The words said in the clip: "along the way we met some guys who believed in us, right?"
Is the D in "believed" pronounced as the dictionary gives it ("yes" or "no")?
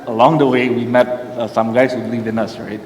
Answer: no